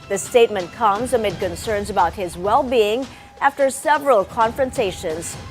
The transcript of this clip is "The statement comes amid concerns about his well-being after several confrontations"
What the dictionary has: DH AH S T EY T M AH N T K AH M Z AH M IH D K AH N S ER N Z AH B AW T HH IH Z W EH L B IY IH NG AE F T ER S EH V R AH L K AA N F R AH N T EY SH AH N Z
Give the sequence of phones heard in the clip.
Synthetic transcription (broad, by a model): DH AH S T EY T M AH N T K AH M Z AH M IH D K AH N S ER N Z AH B AW T HH IH Z W EH L B IY IH NG AE F T ER S EH V R AH L K AA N F R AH N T EY SH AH N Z